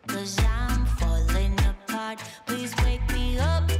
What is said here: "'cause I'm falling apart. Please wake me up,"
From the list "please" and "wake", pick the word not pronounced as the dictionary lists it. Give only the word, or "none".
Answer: none